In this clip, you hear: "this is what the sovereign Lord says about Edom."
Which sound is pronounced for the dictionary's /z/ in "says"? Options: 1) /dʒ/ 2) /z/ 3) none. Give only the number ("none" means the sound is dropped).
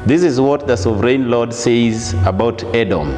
2